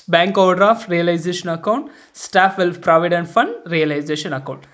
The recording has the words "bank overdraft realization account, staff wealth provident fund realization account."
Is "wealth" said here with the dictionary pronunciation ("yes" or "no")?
no